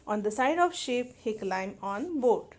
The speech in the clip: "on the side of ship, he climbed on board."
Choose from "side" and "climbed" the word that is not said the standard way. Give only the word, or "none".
climbed